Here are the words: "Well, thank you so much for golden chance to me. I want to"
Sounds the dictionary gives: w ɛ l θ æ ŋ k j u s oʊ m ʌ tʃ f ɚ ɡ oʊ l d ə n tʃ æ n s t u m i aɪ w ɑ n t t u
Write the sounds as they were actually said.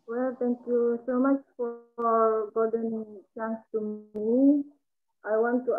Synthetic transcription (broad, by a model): w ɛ l t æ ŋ k j u s oʊ m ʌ tʃ f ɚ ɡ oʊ d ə n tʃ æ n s t u m i aɪ w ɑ n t t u